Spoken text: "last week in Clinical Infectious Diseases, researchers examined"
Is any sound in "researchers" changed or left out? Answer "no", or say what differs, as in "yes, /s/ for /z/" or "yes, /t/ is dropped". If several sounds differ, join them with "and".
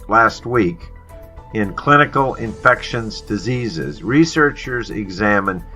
no